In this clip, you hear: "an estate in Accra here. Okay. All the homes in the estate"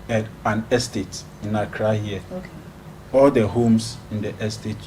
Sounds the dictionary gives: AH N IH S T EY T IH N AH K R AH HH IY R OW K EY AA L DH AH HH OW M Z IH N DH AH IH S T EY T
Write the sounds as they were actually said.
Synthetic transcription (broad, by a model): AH N IH S T EY T IH N AH K R AH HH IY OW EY AA L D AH HH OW M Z IH N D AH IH S T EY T